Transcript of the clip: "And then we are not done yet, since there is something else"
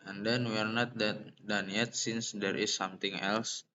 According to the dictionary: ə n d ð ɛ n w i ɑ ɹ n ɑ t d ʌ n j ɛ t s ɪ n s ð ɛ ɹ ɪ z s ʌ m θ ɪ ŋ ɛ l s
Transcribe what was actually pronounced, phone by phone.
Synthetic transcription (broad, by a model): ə n d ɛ n w i ɑ ɹ n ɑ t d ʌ n j ɛ t s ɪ n s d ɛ ɹ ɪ s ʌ m t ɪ ŋ ɛ l s